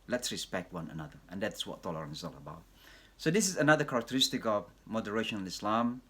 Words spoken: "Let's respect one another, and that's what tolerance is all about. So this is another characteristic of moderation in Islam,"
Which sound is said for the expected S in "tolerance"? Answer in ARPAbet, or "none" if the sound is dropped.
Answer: none